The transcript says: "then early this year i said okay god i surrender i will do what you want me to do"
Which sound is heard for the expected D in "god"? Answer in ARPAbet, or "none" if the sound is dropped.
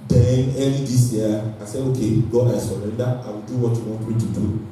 none